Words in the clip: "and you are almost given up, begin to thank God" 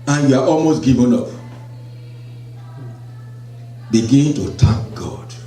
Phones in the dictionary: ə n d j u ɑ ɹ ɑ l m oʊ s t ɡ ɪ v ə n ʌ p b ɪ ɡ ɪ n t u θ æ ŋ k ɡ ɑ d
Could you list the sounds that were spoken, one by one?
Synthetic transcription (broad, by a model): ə n j u ɑ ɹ ɑ l m oʊ s t ɡ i v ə n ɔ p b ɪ ɡ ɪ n t u t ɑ k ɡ ɑ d